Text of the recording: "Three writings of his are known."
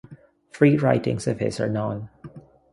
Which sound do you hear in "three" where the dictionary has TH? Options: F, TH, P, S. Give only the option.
F